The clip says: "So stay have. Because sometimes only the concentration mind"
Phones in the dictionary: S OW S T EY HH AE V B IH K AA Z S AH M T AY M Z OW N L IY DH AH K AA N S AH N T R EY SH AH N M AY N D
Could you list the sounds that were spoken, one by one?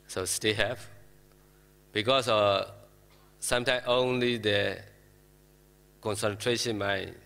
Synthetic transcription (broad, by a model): S OW S T EY HH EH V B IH K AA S S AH M T AY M OW N L IY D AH K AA N S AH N T R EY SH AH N M AY